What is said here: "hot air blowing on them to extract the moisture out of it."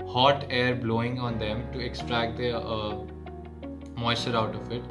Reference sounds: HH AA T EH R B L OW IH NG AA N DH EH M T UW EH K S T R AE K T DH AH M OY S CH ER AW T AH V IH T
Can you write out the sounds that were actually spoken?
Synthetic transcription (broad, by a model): HH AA T EH R B L OW IH NG AA N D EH M T UW EH K S T R AE K T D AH M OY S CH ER AW T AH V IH T